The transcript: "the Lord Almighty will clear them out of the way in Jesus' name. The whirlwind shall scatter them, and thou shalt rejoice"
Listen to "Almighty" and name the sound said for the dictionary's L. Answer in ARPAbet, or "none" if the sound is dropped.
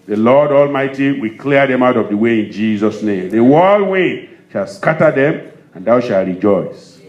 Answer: L